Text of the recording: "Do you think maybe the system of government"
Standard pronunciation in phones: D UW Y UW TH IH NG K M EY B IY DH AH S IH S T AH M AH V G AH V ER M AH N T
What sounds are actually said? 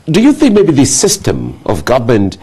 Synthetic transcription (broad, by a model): D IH Y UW TH IH NG K M EY B IY DH AH S IH S T AH M AH V G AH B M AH N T